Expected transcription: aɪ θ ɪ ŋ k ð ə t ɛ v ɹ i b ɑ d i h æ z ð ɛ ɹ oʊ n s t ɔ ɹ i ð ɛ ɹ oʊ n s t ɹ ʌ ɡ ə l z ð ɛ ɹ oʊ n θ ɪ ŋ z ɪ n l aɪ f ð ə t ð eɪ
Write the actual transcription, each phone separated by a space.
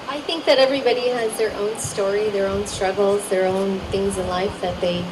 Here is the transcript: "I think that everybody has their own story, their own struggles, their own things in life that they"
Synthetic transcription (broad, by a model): aɪ θ ɪ ŋ k ð ə t ɛ v ɹ i b ɑ d i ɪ z ð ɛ ɹ oʊ n s t ɔ ɹ i ð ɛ ɹ oʊ n s t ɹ ʌ ɡ l z ð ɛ ɹ oʊ n θ ɪ ŋ z ɪ n l aɪ f ð ə t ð eɪ